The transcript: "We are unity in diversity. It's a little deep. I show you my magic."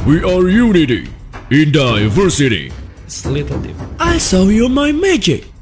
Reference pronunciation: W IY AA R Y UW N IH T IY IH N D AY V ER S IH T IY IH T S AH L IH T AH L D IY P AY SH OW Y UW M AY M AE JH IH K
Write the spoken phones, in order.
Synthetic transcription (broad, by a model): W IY AA R Y UW N IH T IY IH N D AY V ER S IH T IY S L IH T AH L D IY AY S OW Y UW M AY M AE JH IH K